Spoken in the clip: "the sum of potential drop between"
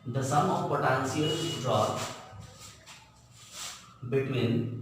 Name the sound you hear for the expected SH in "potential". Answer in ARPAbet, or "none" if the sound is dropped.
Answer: S